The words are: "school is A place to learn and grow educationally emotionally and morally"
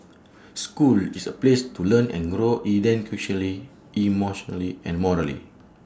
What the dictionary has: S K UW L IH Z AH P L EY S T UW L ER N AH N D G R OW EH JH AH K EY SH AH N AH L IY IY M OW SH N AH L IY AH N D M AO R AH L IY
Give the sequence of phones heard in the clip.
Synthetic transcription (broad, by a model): S K UW L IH S AH P L EY S T UW L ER N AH N G R OW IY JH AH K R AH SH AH L IY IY M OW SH N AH L IY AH N M AO R AH L IY